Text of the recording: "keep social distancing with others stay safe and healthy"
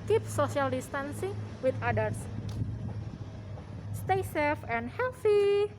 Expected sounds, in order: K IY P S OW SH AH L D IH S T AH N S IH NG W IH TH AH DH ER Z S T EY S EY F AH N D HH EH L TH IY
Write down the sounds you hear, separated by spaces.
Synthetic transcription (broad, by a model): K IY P S OW S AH L D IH S T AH N S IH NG W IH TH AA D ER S S T EY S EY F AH N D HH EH L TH IY